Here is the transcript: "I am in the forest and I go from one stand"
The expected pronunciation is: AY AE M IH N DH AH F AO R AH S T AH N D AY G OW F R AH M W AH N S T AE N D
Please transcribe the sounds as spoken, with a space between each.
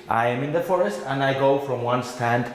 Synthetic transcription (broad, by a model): AY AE M IH N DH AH F AO R AH S T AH N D AY G OW F R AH M W AH N S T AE N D